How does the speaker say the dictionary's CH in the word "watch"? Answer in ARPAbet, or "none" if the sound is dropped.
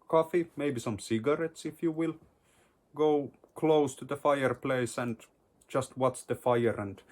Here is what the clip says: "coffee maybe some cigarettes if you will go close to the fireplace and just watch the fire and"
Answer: S